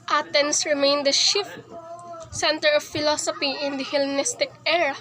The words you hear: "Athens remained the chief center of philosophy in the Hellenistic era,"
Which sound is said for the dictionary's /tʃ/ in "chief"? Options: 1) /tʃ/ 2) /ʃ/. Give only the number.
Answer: 2